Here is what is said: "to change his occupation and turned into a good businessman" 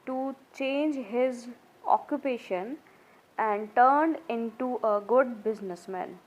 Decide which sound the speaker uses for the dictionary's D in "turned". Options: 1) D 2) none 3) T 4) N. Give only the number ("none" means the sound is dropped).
1